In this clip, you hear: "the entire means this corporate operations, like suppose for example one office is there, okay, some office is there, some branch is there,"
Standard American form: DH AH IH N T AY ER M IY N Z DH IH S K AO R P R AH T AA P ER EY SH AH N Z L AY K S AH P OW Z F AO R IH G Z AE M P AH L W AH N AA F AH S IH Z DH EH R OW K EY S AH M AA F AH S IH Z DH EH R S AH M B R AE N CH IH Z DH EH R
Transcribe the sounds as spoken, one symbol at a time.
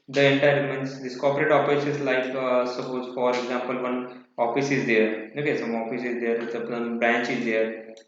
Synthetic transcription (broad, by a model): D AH IH N T AY ER M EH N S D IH S K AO P R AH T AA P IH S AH Z L AY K S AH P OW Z F AO R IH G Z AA M P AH L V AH N AA F AH S IH Z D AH R OW K EY S AH M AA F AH S IH Z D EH R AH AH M B R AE N CH IH Z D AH R